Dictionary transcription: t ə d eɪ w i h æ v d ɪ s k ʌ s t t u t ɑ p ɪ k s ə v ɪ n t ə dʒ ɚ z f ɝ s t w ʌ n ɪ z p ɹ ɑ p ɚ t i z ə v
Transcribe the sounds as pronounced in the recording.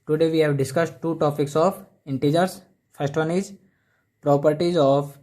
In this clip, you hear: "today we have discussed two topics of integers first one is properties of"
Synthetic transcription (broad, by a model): t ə d eɪ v i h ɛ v d ɪ s k ʌ s t t u t ɑ p ɪ k s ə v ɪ n t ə dʒ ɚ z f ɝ s t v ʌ n ɪ z p ɹ ɑ p ɚ t i z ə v